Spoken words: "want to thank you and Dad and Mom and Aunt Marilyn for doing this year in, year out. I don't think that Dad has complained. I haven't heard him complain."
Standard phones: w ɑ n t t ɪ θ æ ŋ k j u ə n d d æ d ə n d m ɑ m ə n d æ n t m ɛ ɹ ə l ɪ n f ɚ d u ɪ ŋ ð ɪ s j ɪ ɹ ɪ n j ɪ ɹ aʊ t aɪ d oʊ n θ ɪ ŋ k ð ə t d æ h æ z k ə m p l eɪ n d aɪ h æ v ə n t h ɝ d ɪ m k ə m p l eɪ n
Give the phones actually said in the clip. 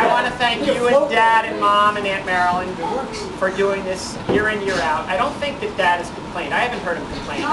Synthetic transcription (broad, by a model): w ɑ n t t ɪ θ æ ŋ k j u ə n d d æ d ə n m ɑ m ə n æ n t m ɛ ɹ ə l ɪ n f ɚ d u ɪ ŋ ð ɪ s j ɪ ɹ ɪ n j ɪ ɹ aʊ t aɪ d oʊ n θ ɪ ŋ k ð ə t d æ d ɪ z k m p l eɪ n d aɪ h æ v ə n t h ɝ d ɪ m k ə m p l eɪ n